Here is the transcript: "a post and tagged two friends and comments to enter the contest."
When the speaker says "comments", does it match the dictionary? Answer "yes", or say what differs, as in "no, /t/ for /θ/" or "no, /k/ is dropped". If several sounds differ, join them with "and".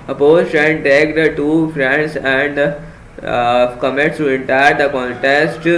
no, /n/ is dropped